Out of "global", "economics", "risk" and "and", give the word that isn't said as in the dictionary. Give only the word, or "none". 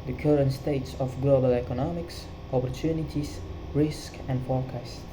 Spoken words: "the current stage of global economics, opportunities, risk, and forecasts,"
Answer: none